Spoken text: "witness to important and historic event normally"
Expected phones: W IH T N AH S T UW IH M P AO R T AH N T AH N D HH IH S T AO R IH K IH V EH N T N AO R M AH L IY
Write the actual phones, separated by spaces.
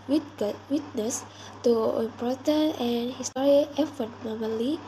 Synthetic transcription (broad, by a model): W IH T N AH S T UW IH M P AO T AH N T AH N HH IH S T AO R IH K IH F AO T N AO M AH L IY